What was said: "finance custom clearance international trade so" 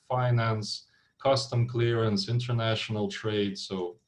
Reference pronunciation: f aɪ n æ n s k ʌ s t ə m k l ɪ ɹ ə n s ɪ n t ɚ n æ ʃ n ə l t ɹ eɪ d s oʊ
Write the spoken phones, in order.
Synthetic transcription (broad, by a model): f aɪ n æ n s k ʌ s t ə m k l ɪ ɹ ə n s ɪ n t ɚ n æ ʃ n ə l t ɹ eɪ d s oʊ